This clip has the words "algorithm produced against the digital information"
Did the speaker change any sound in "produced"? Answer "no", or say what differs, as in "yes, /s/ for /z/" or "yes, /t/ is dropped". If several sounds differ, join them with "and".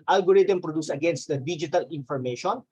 yes, /t/ is dropped